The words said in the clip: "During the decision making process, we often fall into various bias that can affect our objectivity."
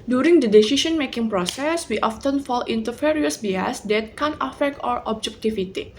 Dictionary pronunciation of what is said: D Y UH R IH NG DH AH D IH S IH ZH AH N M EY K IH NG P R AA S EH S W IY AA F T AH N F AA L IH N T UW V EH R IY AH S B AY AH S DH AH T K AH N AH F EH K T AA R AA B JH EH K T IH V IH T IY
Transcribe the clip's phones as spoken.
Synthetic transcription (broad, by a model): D Y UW R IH NG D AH D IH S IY SH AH N M EY K IH NG P R AA S EH S W IY AA F T AH N F AA L IH N T UW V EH R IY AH S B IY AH S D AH T K AH N AH F EH K T AA R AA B JH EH K T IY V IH T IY